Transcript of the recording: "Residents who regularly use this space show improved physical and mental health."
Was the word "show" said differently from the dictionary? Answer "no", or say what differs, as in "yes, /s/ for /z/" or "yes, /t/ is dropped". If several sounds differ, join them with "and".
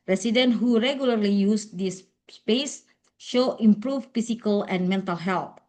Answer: no